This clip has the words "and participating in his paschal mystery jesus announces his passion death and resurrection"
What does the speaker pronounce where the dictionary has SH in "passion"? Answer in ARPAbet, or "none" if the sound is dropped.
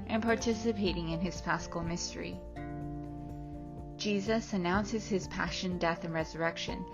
SH